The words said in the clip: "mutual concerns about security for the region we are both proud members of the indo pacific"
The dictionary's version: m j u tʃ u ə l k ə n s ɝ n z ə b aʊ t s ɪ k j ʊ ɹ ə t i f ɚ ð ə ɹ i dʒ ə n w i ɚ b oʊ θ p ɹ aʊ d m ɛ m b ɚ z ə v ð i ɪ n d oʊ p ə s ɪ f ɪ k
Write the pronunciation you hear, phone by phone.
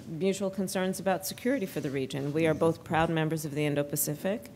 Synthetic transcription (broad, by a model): m j u tʃ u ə l k ə n s ɝ n z ə b aʊ t s ɪ k j ʊ ɹ ə t i f ɚ ð ə ɹ i dʒ ə n w i ɚ b oʊ θ p ɹ aʊ d m ɛ m b ɚ z ə v ð i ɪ n d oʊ p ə s ɪ f ɪ k